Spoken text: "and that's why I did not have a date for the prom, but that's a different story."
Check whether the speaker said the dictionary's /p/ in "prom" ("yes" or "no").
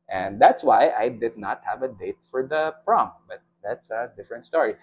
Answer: yes